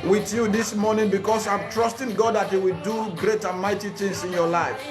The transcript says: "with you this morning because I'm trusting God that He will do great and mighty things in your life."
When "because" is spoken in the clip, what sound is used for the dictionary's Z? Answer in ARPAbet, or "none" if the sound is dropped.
S